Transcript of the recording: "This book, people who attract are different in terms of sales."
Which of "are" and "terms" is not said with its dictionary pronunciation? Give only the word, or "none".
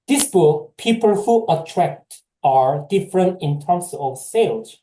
terms